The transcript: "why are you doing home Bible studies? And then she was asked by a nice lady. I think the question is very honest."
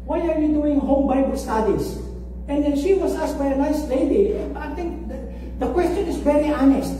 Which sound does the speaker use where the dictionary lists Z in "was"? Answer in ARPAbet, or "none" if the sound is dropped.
S